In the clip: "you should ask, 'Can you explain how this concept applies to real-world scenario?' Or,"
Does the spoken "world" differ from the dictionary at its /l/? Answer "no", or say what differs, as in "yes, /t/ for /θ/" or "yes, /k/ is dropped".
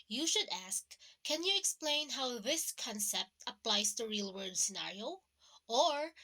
yes, /l/ is dropped